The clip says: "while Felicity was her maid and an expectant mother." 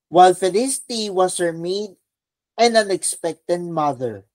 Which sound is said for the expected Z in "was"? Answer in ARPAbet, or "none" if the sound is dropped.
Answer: S